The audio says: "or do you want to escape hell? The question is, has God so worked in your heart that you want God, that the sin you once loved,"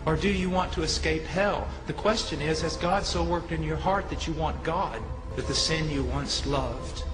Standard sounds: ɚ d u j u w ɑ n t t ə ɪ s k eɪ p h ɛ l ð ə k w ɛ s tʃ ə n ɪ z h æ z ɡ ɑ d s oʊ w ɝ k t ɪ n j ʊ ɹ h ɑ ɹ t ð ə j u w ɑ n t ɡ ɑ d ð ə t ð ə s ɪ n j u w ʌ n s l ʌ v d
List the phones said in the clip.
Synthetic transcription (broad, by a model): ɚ d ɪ j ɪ w ɑ n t t ə ɪ s k eɪ p h ɛ l ð ə k w ɛ s tʃ ə n ɪ z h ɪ z ɡ ɑ d s oʊ w ɝ k t ɪ n j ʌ ɹ h ɑ ɹ t ð ə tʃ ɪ w ɑ n ɡ ɑ d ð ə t ð ə s ɪ n j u w ʌ n s l ʌ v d